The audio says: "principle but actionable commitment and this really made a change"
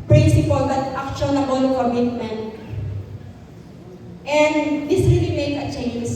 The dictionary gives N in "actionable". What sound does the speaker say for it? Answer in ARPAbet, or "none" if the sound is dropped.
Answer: L